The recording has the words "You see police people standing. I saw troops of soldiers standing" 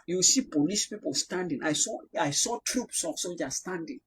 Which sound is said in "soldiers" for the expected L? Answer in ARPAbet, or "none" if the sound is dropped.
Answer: none